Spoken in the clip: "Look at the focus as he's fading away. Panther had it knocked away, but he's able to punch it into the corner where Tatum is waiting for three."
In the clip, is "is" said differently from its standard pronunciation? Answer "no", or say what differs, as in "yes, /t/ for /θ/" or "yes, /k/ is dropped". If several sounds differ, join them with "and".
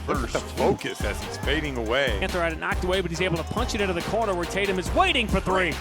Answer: no